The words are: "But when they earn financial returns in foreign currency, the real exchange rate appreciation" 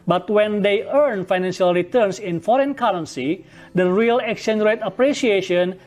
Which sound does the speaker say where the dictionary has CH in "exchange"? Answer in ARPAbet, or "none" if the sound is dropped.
none